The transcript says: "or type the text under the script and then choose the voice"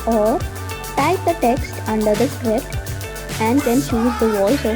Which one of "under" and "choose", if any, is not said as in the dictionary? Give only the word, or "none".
choose